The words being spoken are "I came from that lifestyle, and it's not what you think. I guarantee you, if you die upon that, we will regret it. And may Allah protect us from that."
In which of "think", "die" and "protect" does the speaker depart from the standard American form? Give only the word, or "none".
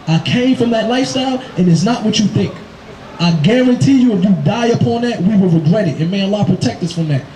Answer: none